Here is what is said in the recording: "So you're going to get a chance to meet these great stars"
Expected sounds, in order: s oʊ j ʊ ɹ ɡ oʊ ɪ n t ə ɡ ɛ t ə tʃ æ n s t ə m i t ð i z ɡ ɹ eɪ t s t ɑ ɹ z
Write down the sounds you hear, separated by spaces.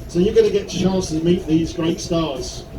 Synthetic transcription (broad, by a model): s oʊ j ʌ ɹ ɡ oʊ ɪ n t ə ɡ ɛ t ə tʃ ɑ n s t ə m i t ð i z ɡ ɹ eɪ t s t ɑ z